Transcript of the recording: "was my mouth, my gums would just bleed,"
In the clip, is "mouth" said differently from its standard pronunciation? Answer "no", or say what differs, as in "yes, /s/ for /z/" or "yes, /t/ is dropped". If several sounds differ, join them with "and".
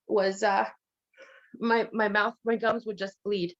no